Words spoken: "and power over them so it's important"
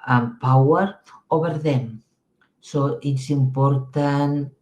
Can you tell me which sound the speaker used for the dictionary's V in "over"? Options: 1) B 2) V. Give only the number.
1